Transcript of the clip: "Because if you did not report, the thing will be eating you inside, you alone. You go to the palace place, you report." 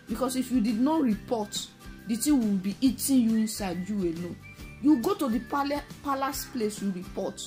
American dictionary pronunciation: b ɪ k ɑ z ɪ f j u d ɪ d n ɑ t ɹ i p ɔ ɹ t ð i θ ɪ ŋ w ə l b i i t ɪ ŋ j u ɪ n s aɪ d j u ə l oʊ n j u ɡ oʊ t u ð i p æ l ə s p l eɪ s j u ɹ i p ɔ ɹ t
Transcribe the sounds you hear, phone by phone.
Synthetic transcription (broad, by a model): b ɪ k ɑ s ɪ f j u d ɪ d n ɑ t ɹ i p ɔ t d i t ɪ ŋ w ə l b i i t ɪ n j u ɪ n s aɪ d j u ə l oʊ j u ɡ oʊ t u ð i p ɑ l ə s p l eɪ s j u ɹ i p ɔ t